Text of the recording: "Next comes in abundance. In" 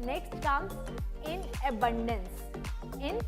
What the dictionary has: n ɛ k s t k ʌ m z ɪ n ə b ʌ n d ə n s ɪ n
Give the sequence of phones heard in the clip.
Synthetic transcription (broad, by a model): n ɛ k s t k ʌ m ɪ n ə b ʌ n d ə n s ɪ n